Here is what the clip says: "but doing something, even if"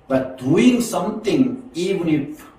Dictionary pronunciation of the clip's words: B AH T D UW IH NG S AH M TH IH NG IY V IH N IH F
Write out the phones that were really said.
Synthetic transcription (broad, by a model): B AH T D UW IH NG S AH M T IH NG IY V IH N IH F